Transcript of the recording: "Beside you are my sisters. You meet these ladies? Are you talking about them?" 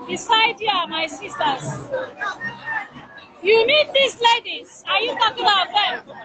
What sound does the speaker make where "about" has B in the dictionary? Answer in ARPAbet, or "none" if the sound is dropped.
none